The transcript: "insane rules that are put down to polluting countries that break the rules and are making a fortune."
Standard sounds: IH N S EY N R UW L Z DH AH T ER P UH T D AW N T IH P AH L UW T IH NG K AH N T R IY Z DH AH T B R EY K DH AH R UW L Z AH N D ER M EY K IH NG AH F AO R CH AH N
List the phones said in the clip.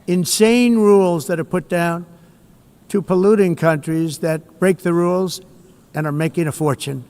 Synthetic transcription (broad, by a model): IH N S EY N R UW L Z DH AH T ER P UH T D AW N T IH P AH L UW T IH NG K AH N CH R IY Z DH AH T B R EY K DH AH R UW L Z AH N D ER M EY K IH NG AH F AO R CH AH N